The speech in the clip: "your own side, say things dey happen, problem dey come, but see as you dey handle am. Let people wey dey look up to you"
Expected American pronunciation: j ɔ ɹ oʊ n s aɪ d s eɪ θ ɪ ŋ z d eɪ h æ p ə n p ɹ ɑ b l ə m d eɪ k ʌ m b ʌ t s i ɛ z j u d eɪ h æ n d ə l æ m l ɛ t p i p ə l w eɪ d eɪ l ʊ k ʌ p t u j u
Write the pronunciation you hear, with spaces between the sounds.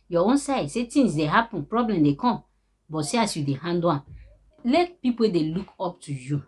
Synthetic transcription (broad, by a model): j ɔ oʊ n s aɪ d s eɪ t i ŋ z d eɪ h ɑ p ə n p ɹ ɑ b l ə m d eɪ k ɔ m b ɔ t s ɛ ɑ s j u d eɪ h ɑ n d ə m l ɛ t p i p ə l d eɪ l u k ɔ p t u j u